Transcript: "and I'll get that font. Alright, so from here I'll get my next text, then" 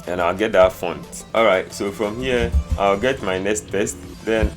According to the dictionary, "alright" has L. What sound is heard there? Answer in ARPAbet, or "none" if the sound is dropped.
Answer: L